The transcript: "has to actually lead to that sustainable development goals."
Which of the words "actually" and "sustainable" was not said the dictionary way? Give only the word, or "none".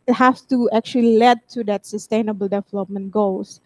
none